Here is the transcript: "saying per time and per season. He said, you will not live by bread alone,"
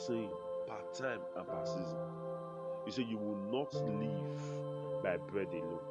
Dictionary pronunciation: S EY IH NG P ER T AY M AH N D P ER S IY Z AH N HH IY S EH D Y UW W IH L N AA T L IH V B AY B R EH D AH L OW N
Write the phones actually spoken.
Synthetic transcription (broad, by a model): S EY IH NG P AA T AY M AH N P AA S IY Z AH N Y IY S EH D Y UW W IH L N AA T L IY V B AY B R EH D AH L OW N